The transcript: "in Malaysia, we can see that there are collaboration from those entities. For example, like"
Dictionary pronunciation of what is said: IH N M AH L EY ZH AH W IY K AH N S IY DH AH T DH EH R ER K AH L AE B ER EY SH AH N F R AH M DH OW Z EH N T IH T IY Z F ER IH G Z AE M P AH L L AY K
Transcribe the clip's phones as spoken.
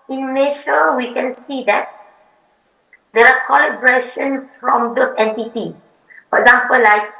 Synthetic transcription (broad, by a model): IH N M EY SH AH W IY K AH N S IY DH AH T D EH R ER K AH L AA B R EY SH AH N F R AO M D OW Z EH N T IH T IY F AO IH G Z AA M P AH L L AY K